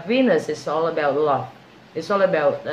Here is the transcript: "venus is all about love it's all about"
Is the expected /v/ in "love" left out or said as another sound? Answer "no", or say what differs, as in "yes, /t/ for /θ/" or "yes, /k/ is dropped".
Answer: yes, /f/ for /v/